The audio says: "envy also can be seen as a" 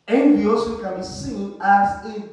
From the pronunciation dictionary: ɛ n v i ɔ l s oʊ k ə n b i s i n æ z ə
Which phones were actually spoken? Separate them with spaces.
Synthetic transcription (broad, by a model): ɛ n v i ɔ s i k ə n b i s i n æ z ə